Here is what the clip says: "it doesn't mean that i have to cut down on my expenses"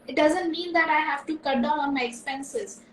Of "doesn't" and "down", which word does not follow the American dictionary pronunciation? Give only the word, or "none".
down